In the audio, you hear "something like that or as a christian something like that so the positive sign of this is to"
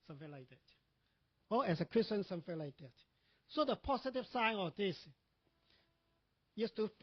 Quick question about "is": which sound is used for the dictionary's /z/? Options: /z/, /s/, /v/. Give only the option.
/s/